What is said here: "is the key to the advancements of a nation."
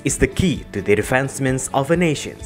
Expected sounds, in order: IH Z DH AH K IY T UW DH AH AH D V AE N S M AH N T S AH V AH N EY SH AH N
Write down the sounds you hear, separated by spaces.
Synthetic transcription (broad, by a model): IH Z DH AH K IY T UW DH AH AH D F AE N S M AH N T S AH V AH N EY SH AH N